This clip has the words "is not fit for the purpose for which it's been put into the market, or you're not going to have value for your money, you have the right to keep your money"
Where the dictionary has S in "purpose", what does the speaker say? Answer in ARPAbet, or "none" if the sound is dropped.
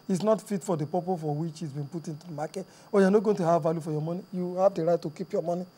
none